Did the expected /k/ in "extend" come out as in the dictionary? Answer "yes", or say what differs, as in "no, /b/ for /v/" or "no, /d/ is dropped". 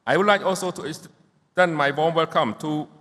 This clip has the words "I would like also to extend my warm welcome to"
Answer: no, /k/ is dropped